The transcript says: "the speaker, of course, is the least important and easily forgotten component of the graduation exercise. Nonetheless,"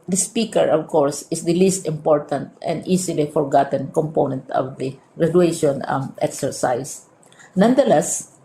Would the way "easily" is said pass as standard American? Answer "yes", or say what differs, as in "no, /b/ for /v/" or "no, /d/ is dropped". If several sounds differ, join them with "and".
no, /s/ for /z/